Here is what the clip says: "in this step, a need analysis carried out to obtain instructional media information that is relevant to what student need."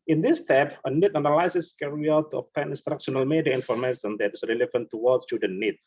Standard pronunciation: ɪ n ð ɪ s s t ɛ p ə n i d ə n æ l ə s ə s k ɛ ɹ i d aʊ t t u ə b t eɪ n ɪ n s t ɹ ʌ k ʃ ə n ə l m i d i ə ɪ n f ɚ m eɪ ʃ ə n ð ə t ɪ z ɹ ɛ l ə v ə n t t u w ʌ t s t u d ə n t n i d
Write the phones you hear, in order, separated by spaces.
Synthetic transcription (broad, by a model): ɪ n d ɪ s s t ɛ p ə n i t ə n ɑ l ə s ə s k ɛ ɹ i aʊ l t u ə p t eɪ n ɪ n s t ɹ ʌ k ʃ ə n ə l m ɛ d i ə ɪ n f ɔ m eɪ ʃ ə n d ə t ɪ s ɹ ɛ l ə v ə n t t u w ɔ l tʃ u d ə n n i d